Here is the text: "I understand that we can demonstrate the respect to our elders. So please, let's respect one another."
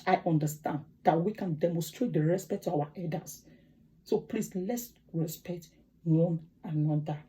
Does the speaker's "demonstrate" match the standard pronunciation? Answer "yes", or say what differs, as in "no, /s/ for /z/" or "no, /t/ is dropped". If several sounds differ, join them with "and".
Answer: yes